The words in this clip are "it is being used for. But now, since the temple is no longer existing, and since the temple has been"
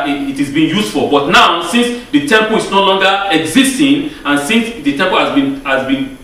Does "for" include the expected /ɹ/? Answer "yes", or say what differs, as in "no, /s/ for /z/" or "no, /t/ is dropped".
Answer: no, /l/ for /ɹ/